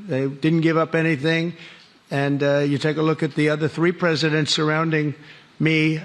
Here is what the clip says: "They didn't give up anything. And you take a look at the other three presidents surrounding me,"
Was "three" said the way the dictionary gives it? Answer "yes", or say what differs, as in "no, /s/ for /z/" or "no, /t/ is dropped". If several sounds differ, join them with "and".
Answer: yes